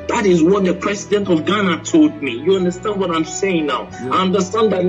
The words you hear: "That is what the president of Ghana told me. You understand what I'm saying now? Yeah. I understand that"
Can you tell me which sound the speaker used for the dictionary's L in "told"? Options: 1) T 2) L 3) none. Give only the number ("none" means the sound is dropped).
2